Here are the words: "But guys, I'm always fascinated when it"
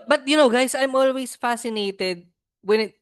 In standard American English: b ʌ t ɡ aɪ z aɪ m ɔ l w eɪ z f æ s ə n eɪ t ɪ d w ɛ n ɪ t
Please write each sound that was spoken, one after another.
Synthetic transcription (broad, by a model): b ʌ t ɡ aɪ s aɪ m ɔ l w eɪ s f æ s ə n eɪ t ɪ d w ɛ n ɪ t